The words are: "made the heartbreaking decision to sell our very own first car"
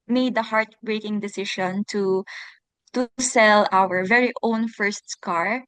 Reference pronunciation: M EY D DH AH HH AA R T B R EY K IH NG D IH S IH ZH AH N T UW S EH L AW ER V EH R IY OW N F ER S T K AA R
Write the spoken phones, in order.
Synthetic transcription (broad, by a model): M EY D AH HH AA R T B R EY K IH NG D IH S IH SH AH N T UW S EH L AW ER V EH R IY OW N F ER S T K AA R